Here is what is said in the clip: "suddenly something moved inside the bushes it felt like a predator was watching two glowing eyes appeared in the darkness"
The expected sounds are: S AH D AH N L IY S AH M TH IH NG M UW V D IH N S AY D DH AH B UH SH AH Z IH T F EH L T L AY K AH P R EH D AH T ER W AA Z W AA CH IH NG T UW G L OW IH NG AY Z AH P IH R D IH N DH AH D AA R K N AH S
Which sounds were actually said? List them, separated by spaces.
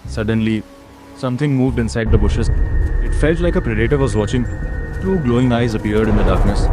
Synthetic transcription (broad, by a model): S AH D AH N L IY S AH M T IH NG M UW V D IH N S AY D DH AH B UH SH AH Z IH T F EH L T L AY K AH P R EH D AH T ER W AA Z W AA CH IH NG T UW G L OW IH NG AY Z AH P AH R D IH N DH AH D AA R K N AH S